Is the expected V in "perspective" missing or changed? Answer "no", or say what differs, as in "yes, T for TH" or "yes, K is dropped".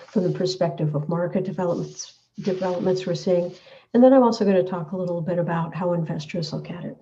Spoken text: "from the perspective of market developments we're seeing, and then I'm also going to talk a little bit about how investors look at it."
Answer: no